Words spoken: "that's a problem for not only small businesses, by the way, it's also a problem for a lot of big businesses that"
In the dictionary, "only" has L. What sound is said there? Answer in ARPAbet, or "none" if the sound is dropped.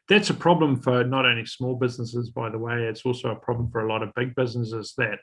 none